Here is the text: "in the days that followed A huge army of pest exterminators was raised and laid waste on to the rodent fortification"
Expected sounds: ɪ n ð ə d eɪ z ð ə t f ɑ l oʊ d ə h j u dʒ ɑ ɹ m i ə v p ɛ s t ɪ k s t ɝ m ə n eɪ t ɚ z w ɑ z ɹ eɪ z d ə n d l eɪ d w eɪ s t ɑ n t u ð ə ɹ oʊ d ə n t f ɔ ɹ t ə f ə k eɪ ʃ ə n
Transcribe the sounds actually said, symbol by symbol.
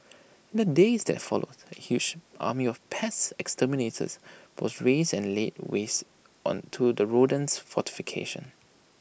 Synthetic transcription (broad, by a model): ɪ n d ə d eɪ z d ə t f ɑ l oʊ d ə h j u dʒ ɑ m i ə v p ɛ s ɪ k s t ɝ m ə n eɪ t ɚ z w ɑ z ɹ eɪ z ə n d l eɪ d w eɪ s t ɑ n t u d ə ɹ oʊ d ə n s f ɔ t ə f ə k eɪ ʃ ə n